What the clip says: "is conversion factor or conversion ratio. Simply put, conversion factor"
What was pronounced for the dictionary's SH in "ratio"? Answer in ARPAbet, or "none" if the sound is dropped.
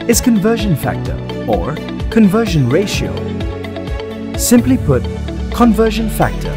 SH